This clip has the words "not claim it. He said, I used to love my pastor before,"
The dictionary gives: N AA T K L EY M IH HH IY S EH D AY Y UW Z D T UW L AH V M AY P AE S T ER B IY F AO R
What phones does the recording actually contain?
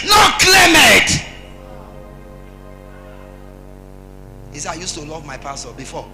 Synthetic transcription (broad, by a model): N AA K L EY M IH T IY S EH AY Y UW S T UW L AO V M AY P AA S T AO B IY F AO